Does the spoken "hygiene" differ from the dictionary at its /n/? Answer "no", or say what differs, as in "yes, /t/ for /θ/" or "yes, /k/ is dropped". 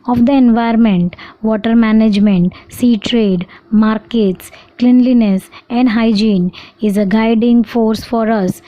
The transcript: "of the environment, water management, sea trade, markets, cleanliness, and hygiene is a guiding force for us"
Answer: no